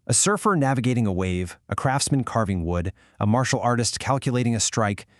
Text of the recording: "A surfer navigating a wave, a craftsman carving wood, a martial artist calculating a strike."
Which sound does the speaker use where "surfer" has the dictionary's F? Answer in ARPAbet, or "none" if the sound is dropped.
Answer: F